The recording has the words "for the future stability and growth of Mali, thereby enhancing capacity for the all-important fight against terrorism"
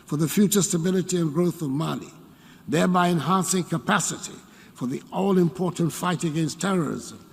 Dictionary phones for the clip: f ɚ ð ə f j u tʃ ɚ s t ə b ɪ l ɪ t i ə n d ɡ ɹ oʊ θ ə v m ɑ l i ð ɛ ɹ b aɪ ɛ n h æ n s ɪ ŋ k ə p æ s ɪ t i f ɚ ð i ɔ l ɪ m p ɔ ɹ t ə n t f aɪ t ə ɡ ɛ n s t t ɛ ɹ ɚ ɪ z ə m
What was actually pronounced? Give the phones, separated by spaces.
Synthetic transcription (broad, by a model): f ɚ ð ə f j u tʃ ɚ s t ə b ɪ l ɪ t i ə n ɡ ɹ oʊ θ ə v m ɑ n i ð ɛ ɹ b aɪ ɛ n h æ n s ɪ ŋ k ə p æ s ɪ t i f ɚ ð i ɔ l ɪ m p ɔ ɹ t n t f aɪ t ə ɡ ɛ n s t t ɛ ɹ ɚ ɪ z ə m